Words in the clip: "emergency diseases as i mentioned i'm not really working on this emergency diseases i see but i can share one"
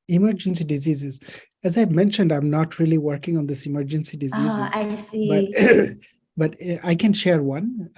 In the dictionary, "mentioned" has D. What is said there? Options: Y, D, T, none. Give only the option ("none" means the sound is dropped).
D